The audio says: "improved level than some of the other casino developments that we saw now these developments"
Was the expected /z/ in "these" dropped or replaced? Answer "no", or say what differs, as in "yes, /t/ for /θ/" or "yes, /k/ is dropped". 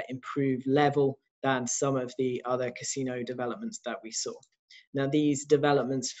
no